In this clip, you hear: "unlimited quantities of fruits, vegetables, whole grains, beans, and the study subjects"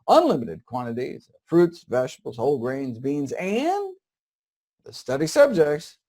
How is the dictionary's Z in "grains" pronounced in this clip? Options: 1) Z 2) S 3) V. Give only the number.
1